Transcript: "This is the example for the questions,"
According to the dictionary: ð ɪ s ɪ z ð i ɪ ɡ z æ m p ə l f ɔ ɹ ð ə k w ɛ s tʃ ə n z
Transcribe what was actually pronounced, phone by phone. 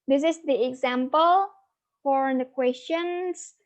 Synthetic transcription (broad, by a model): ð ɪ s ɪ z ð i ɪ ɡ z æ m p ə l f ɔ ɹ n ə k w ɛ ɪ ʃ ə n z